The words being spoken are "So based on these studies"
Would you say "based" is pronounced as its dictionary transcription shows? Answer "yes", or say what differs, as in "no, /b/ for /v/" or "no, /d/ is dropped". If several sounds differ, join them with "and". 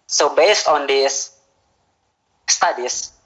yes